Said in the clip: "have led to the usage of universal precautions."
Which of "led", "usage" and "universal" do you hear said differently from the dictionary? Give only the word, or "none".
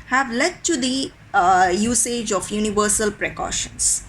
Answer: none